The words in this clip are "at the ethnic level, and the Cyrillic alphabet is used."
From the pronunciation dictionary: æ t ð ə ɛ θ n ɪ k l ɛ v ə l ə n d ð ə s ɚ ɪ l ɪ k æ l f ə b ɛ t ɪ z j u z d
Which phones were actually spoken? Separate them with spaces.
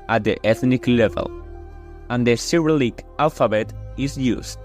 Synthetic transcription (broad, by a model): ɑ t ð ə ɛ θ n ɪ k l ɛ v ə l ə n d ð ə s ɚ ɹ l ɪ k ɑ l f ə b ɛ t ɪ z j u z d